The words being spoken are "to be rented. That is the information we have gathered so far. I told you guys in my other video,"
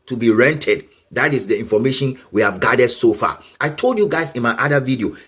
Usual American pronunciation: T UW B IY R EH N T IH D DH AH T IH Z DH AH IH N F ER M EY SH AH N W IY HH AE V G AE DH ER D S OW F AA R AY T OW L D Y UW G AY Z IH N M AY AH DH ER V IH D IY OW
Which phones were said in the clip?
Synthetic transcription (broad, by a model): T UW B IY R EH N T IH D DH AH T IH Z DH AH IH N F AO M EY SH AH N W IY HH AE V G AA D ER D S OW F AA AY T OW L D Y UW G AY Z IH N M AY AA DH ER V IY D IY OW